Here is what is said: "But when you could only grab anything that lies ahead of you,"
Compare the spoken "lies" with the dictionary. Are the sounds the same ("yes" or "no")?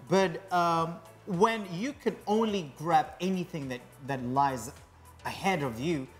yes